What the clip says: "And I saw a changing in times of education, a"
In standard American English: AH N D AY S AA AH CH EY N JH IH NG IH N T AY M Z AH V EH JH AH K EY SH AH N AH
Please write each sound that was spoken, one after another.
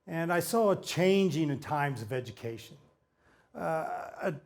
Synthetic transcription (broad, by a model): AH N AY S AA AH CH EY N JH IH NG IH N T AY M Z AH V EH JH AH K EY SH AH N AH